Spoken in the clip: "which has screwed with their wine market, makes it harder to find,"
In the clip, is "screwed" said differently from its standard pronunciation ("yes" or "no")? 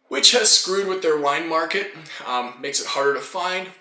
no